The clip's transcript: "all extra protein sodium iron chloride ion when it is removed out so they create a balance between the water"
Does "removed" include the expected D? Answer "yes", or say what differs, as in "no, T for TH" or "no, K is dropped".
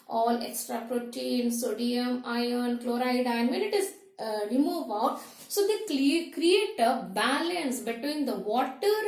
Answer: no, D is dropped